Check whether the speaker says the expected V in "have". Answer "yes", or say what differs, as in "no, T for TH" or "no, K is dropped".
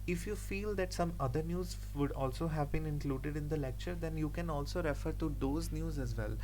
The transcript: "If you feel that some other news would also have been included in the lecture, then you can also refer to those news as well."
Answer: yes